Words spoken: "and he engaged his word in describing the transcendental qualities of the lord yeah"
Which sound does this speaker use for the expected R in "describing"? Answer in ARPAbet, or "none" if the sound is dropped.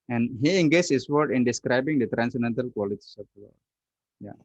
R